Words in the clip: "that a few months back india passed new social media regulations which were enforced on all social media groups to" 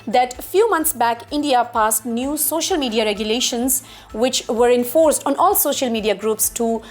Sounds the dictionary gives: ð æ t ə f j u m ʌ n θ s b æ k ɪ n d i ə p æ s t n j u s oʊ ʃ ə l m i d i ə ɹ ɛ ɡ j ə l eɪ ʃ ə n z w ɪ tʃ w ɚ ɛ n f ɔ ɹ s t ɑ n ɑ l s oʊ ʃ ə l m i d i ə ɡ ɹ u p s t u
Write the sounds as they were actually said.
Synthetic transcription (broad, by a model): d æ t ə f j u m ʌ n t s b æ k ɪ n d i ə p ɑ s t n j u s oʊ ʃ ə l m i d i ə ɹ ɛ ɡ j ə l eɪ ʃ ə n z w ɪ tʃ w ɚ ɛ n f ɔ ɹ s t ɑ n ɑ l s oʊ ʃ ə l m i d i ə ɡ ɹ u p s t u